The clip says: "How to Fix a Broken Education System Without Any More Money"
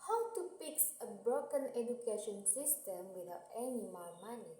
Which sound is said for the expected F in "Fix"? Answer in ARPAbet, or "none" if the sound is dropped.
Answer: P